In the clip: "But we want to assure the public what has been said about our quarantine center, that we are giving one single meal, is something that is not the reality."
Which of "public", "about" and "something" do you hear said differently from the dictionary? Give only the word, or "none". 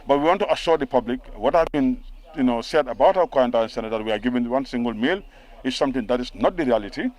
something